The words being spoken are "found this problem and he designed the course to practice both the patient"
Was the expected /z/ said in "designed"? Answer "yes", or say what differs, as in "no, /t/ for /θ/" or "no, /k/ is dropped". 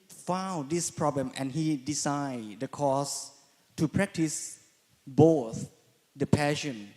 no, /s/ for /z/